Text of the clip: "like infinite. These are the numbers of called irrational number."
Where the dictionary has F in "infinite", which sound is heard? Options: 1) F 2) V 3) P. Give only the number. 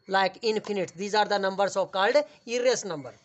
3